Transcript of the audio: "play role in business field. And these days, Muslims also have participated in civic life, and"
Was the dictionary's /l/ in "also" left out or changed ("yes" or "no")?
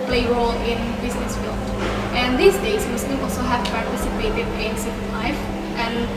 no